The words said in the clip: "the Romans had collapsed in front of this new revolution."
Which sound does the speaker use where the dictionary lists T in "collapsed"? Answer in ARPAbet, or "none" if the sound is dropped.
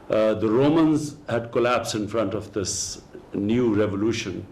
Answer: none